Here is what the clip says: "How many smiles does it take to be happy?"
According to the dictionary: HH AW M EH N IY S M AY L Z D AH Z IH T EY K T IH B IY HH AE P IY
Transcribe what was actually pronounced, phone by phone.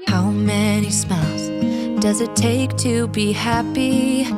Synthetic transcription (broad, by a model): HH AW M EH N IY S M AY L Z D AH Z IH T EY K T IH B IY HH AE P IY